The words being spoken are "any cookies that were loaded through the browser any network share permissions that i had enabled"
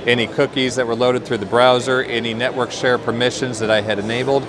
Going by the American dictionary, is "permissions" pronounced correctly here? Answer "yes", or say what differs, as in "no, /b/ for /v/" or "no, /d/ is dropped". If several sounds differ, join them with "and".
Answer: yes